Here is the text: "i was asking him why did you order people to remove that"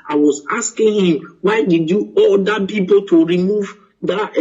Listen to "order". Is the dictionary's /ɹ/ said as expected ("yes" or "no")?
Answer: no